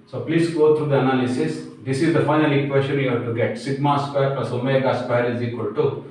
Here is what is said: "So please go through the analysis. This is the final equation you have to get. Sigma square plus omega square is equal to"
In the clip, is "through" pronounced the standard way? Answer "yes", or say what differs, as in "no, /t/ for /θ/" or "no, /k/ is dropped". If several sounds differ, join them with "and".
no, /t/ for /θ/